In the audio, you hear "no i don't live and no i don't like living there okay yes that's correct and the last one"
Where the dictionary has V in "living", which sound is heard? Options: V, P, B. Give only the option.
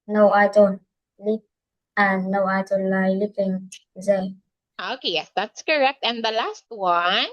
P